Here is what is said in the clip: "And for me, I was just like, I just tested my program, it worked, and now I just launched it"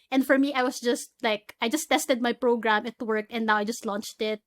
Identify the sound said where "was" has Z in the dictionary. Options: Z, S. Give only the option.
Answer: S